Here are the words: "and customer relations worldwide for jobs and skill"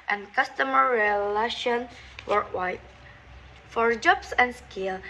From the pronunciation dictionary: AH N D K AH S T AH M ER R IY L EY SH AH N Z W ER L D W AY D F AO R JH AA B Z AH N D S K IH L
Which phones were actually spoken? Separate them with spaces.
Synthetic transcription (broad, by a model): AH N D K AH S T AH M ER R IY L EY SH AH N W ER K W AY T F AO R JH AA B S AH N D S K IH L